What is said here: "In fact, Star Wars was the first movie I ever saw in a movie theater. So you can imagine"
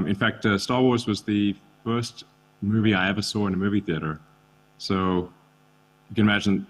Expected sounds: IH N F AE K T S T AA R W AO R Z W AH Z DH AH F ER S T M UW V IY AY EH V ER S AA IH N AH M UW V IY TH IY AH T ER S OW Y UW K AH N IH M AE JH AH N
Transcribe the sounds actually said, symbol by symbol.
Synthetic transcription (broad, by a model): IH N F AE K T S T AA R W AO R Z W AH Z DH AH F ER S T M UW V IY AY EH V ER S AA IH N AH M UW V IY TH IY AH T ER S OW Y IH K AH N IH M AE JH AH N